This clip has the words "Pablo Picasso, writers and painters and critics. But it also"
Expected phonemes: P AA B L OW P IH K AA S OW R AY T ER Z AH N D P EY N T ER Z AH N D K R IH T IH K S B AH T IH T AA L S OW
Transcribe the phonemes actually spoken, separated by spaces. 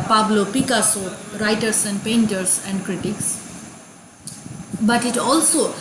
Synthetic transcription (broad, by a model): P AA B L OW P IH K AA S OW R AY T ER S AH N D P EY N T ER S AH N D K R IH T IH K S B AH T IH T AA L S OW